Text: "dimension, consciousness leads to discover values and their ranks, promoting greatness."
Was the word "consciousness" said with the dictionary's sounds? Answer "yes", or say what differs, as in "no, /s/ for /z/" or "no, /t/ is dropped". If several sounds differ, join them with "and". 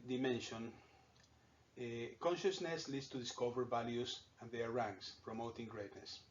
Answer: yes